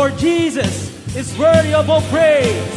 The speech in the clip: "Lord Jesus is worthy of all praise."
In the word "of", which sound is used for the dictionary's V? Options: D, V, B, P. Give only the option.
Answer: B